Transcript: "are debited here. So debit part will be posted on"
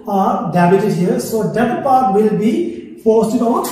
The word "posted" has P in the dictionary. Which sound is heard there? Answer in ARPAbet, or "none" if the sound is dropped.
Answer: F